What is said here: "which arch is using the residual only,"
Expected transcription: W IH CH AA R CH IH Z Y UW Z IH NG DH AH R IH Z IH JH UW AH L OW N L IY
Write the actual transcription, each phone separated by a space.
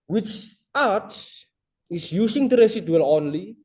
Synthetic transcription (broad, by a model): W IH CH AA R S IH S Y UW S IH NG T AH R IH S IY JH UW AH L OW N L IY